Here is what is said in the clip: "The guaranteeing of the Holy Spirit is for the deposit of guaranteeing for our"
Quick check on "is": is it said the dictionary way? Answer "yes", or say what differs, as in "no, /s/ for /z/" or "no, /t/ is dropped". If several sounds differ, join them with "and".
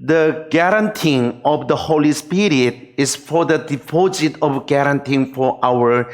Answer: no, /s/ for /z/